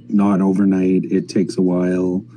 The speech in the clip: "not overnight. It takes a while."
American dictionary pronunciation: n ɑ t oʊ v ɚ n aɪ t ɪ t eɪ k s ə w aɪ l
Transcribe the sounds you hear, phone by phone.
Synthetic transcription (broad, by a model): n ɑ t oʊ v ɚ n aɪ t ɪ t eɪ k s ə w aɪ l